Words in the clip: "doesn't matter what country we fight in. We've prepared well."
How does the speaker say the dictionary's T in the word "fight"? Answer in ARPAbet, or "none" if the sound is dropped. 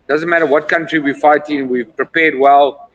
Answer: T